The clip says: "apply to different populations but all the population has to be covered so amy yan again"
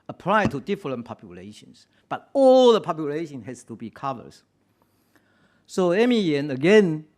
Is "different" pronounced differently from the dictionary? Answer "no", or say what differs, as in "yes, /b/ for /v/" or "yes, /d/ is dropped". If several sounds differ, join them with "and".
yes, /l/ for /ɹ/